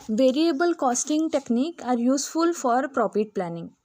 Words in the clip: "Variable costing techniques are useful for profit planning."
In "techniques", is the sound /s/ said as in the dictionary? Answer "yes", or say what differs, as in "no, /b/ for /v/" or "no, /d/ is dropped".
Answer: no, /s/ is dropped